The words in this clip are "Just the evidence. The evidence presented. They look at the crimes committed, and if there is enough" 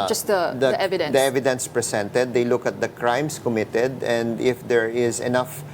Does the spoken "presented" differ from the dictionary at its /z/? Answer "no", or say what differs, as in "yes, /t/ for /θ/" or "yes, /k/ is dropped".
yes, /s/ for /z/